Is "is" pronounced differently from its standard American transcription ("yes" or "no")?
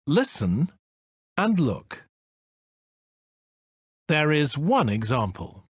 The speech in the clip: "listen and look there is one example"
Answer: no